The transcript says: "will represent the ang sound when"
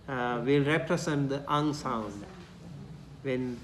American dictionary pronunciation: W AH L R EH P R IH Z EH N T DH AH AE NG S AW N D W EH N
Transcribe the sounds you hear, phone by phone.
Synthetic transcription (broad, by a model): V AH L R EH P R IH S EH N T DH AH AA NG S AW N D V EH N